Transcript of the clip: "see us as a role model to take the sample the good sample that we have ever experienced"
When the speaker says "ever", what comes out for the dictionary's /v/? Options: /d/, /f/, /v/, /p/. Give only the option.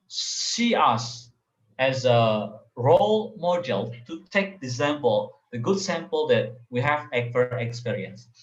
/f/